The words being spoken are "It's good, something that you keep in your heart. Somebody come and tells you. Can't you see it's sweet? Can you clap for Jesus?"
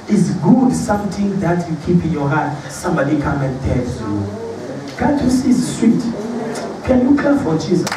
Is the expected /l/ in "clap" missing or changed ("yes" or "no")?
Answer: yes